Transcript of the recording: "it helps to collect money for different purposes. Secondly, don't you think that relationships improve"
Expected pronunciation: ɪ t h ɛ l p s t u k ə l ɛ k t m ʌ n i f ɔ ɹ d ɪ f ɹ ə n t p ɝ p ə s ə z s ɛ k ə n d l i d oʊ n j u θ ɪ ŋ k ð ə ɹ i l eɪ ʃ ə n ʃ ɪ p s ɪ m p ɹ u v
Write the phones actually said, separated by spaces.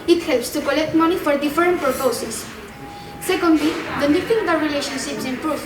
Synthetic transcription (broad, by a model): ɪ t h ɛ l p s t u k ə l ɛ k t m ʌ n i f ɔ ɹ d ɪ f ɹ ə n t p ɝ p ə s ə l s ɛ k ə n d l i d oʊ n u f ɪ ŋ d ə ɹ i l eɪ ʃ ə n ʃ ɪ p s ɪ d p ɹ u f